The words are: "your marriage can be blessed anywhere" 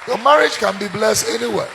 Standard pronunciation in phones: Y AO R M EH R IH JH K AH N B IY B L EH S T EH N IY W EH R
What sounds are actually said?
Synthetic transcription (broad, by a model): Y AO M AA R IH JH K AH N B IY B L EH S T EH N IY W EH